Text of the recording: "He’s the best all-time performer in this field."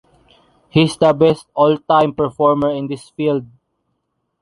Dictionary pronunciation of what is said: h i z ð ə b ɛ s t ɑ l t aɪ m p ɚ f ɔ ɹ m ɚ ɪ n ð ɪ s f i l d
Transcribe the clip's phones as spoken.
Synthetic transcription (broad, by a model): h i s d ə b ɛ s t ɑ l t aɪ m p ɚ f ɔ ɹ m ɚ ɪ n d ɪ s f i l d